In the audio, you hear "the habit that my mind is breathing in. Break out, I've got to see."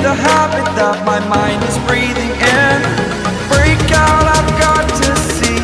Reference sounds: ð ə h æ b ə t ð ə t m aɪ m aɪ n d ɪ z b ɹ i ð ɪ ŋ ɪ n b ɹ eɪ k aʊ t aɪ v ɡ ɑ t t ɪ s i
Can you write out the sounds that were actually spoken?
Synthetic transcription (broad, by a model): ð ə h æ b ə t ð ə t m aɪ m aɪ n d ɪ z b ɹ i ð ɪ ŋ ɪ n b ɹ eɪ k aʊ t aɪ v ɡ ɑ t t ɪ s i